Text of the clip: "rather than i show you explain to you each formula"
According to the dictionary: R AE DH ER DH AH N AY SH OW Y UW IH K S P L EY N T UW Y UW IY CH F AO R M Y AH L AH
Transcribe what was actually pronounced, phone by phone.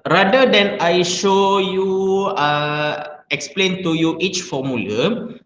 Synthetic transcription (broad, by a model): R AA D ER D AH N AY SH OW Y UW IH K S P L EY N T UW Y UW IY CH F AO M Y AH L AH